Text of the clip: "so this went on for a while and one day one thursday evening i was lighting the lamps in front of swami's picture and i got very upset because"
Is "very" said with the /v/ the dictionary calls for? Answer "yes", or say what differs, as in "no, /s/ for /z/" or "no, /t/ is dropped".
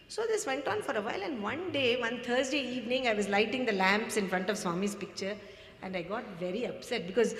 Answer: yes